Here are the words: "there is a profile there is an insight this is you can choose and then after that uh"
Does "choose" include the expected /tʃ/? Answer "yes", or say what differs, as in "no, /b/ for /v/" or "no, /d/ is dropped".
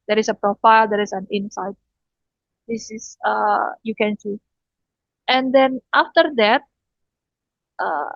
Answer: no, /s/ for /tʃ/